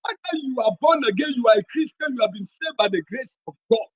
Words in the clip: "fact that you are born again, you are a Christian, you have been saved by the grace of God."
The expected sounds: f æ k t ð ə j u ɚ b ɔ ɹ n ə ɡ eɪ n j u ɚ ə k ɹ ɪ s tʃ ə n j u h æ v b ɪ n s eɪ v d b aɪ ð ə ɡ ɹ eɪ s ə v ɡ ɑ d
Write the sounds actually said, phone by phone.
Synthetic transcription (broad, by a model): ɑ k t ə j u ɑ b ɔ n ə ɡ eɪ n j u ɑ ə k ɹ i s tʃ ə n j u h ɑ v b ɪ n s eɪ d b aɪ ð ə ɡ ɹ eɪ s ə v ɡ ɑ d